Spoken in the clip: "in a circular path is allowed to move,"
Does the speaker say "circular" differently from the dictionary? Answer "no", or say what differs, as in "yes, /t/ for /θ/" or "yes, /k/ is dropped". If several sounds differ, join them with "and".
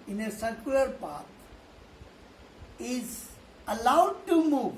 yes, /l/ is dropped